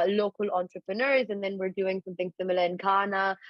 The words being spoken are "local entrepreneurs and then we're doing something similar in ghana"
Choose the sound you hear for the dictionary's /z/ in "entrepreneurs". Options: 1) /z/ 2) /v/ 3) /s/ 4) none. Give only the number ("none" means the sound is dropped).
1